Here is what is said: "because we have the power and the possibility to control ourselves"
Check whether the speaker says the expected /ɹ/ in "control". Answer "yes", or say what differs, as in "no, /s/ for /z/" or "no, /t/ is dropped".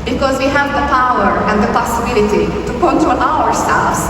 no, /ɹ/ is dropped